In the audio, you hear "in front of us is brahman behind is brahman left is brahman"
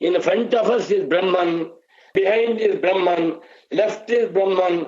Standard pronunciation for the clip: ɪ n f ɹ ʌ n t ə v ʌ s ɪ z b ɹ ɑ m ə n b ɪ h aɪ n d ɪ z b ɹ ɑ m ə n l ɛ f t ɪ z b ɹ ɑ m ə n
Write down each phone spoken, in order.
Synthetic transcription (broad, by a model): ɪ n f ɹ ʌ n t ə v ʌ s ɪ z b ɹ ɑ m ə n b ɪ h aɪ n d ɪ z b ɹ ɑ m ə n l ɛ f t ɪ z b ɹ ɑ m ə n